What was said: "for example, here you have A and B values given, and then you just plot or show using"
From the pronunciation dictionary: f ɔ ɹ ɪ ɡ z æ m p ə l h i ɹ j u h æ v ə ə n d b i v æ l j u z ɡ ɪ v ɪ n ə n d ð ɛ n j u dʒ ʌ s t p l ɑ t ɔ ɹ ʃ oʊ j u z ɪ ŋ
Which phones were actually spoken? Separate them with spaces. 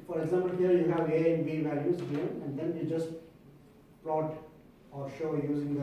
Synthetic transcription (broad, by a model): f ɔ ɹ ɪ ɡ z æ m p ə l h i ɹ j u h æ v ə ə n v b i v æ l j u z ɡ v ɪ ə n d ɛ n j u dʒ ʌ s t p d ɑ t ɔ ɹ ʃ oʊ j u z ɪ ŋ